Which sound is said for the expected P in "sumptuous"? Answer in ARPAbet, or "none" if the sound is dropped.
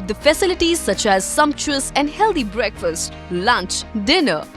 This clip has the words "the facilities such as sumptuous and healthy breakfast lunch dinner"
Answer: P